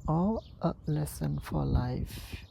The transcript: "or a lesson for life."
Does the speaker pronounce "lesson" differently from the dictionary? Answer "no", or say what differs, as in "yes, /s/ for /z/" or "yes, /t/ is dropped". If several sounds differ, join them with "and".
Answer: no